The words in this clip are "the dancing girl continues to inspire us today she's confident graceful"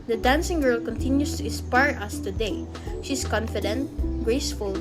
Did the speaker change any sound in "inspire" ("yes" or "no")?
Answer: yes